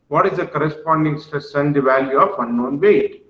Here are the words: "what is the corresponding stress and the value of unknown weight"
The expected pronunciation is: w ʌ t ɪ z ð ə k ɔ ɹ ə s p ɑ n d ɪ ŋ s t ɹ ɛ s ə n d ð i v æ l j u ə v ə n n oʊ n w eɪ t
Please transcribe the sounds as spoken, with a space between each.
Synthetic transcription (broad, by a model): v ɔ t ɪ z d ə k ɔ ɹ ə s p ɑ n d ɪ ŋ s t u s ə n d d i v æ l j u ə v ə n n oʊ n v eɪ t